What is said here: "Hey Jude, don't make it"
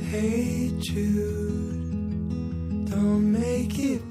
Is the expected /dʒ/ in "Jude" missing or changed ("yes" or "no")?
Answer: yes